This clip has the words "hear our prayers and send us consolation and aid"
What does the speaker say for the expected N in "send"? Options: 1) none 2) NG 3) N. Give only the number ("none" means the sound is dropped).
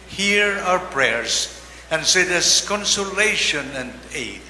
1